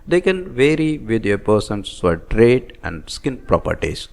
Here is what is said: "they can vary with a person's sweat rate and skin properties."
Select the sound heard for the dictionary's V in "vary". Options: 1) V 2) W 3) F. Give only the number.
1